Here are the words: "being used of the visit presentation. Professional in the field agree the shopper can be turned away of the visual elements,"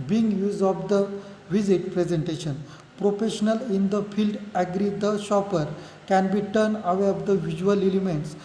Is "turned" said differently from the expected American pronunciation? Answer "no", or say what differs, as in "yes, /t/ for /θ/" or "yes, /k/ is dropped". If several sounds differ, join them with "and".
yes, /d/ is dropped